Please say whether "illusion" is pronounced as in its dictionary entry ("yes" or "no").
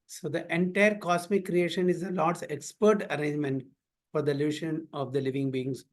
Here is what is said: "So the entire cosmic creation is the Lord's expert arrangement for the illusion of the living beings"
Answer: no